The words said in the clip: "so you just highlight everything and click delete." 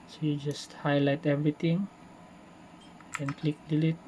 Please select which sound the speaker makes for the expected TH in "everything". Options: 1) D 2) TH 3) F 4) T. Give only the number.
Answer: 4